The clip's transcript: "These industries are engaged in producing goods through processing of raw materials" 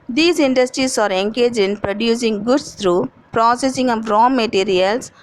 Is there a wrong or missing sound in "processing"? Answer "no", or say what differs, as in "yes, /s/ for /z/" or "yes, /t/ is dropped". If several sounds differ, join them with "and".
no